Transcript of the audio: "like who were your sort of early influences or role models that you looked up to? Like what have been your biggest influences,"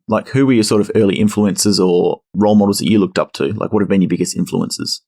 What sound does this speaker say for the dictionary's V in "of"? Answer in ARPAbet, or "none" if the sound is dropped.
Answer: V